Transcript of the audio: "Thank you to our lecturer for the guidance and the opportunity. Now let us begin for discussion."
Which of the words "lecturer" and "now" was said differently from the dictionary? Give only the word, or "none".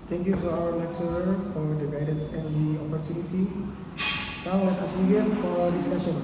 lecturer